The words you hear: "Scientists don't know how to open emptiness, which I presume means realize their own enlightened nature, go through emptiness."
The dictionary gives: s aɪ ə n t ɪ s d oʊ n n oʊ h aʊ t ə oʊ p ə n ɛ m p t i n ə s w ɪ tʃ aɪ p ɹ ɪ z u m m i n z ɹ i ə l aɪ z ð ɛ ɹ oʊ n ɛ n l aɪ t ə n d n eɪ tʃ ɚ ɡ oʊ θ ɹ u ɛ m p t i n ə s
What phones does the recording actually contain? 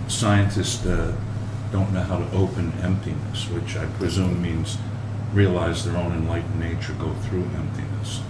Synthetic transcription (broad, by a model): s aɪ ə n t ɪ s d oʊ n n oʊ h aʊ t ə oʊ p ə n ɛ m p t i n ə s w ɪ tʃ aɪ p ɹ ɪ z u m m i n z ɹ i ə l aɪ z ð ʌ ɹ oʊ n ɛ n l aɪ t n n eɪ tʃ ɚ ɡ oʊ θ ɹ u ɛ m p t i n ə s